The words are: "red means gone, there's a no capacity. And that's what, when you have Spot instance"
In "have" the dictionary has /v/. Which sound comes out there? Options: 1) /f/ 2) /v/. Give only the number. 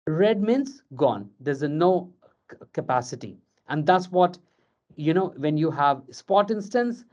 2